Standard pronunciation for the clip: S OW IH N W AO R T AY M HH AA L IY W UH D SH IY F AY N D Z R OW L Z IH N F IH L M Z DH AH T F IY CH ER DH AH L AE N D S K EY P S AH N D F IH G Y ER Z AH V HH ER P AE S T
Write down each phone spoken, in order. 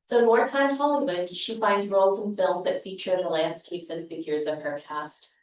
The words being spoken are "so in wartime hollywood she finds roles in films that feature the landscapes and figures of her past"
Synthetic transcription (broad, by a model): S OW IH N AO R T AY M HH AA L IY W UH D SH IY F AY N D Z R OW L Z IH N F IH L M Z DH AH T F IY CH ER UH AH L AE N D S K EY P S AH N F IH G Y ER Z AH V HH ER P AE S T